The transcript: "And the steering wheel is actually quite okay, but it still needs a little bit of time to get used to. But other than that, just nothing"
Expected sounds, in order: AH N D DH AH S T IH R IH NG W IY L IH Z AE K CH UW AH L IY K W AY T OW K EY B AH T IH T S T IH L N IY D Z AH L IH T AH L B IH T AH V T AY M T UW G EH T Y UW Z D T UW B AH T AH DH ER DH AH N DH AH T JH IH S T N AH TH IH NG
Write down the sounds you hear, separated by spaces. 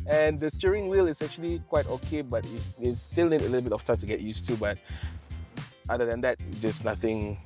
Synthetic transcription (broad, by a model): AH N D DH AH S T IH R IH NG W IY L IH S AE K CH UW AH L IY K W AY T OW K EY B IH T IH T S T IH L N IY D AH L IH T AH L B IH T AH F T AY M T UW G EH T Y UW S T UW B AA T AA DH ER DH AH N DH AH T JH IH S N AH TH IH NG